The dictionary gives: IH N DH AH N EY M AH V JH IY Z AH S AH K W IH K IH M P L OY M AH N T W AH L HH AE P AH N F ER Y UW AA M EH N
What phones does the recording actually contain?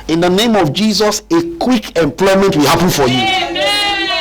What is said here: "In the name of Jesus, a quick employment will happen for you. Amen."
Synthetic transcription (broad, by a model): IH N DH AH N EY M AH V JH IY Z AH S AH K W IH K IH M P L OY M AH N T W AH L HH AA P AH N F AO Y UW